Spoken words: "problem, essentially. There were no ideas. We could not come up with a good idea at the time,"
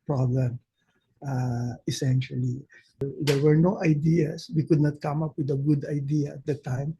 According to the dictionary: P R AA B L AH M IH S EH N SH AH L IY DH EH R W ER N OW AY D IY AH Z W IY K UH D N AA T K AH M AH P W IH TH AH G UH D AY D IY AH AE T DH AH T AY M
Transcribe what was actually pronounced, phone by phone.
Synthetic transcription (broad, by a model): P R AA B L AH M IH S EH N SH AH L IY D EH R W ER N OW AY D IY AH S W IY K UH D N AA T K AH M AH P W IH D AH G UH D AY D IY AH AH T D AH T AY M